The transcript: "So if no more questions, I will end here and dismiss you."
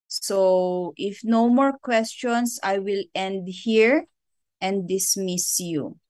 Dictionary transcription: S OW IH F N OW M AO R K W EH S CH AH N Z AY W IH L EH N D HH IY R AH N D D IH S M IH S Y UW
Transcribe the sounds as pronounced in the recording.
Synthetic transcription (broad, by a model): S OW IH F N OW M AO R K W EH S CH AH N S AY W IH L EH N D HH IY R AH N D D IH S M IH S Y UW